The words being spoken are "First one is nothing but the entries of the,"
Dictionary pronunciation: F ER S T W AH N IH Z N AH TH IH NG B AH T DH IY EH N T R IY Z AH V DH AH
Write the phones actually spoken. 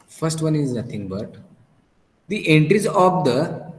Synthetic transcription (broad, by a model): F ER S T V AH N IH Z N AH T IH NG B AH T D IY EH N T R IY Z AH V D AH